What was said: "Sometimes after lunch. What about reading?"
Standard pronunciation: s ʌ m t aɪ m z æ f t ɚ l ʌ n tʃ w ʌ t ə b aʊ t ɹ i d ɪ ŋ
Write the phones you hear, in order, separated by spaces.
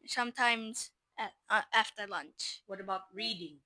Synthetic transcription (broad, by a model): s ʌ m t aɪ m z æ f t ɚ l ʌ n tʃ w ʌ t ə b aʊ t ɹ i d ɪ ŋ